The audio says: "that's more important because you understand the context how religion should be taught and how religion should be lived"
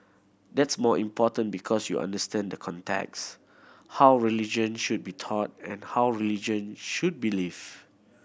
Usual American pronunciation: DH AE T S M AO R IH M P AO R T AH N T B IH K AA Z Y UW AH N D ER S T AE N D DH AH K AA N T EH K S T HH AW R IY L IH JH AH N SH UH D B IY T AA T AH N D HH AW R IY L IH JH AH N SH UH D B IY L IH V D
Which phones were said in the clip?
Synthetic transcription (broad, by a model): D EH T S M AO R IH M P AO T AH N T B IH K AA S Y UW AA N D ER S T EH N D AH K AA N T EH K S HH AW R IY L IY JH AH N SH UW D B IY T AA T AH N HH AW R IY L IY JH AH N SH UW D B IY L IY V